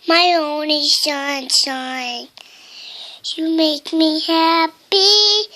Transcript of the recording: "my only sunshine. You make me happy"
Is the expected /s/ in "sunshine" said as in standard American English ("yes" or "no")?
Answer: no